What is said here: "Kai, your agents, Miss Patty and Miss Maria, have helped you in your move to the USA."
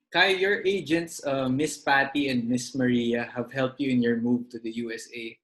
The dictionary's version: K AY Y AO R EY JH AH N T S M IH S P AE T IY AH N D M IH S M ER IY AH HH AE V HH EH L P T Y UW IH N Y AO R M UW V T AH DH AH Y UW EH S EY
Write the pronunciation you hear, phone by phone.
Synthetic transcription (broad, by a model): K AY Y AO R EY JH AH N T S M IH S P AE T IY AH N D M IH S M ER IY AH HH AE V HH EH L P T Y UW IH N Y AO R M UW V T AH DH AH Y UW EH S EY